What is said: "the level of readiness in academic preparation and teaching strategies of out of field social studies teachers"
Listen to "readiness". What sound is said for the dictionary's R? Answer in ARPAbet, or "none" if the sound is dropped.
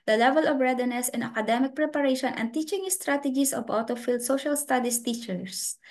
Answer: R